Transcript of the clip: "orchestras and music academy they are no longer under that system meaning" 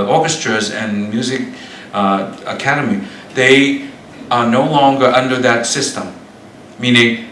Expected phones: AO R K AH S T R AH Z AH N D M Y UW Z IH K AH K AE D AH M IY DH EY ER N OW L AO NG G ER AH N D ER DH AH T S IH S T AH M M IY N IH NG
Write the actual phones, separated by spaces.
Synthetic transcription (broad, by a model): AO R K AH S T R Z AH N M Y UW Z IH K AH K AE D AH M IY DH EY ER N OW L AO NG G ER AH N D ER DH AH T S IH S T AH M M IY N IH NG